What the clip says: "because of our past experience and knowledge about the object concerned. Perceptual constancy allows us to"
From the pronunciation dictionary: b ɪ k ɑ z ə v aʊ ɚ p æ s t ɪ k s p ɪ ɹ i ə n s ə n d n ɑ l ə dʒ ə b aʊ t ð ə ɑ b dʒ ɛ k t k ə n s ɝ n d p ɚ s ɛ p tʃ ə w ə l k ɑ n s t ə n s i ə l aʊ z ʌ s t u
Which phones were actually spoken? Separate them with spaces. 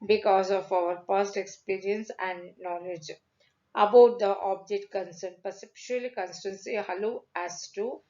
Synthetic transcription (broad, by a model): b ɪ k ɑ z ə f aʊ ɚ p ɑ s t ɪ k s p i ɹ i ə n s ə n d n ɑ l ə dʒ ə b aʊ t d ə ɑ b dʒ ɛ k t k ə n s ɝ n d p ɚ s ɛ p ʃ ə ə l k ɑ n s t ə n s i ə l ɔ æ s t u